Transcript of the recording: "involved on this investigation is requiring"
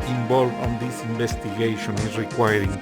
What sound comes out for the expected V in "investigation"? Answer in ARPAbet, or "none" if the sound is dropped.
B